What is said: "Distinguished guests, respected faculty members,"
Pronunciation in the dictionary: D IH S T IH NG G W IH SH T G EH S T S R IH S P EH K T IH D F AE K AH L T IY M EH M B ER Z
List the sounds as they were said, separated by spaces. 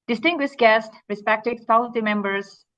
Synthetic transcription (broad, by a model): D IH S T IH NG G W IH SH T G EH S T R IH S P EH K T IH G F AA AH N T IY M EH M B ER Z